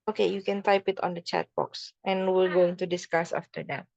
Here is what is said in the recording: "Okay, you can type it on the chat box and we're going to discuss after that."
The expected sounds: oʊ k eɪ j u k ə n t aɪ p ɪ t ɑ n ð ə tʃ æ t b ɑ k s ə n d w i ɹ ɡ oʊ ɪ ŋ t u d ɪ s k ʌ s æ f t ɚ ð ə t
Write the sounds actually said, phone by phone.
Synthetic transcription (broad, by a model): oʊ k eɪ j u k ə n t aɪ p ɪ t ɑ n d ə tʃ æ t b ɑ k s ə n w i l ɡ oʊ ɪ ŋ t u d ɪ s k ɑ s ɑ f t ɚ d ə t